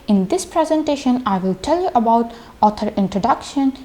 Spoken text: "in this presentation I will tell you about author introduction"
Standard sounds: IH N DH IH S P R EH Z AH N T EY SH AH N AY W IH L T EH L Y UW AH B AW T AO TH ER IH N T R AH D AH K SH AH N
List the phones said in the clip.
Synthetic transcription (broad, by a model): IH N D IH S P R EH Z AH N T EY SH AH N AY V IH L T EH L Y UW AH B AW T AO T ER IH N T R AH D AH K SH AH N